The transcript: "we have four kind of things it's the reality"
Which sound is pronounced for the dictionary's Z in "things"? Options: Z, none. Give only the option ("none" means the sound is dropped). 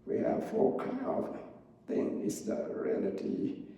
none